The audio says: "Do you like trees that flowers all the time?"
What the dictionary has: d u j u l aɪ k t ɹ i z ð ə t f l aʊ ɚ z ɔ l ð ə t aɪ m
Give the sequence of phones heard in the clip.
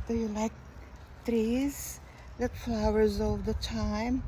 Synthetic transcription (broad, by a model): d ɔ j u l aɪ k t ɹ i z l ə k f l aʊ ɚ z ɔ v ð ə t aɪ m